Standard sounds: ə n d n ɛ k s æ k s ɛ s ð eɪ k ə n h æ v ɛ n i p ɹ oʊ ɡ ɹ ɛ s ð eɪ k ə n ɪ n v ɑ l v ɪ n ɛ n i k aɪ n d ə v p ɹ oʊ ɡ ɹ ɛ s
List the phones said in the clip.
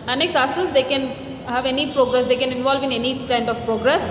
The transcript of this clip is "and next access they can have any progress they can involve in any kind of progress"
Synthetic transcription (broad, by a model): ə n n ɛ k s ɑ s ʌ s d eɪ k ə n h æ v ɛ n i p ɹ oʊ ɡ ɹ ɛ s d eɪ k ə n ɪ n v ɑ l v ɪ n ɛ n i k aɪ n d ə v p ɹ oʊ ɡ ɹ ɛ s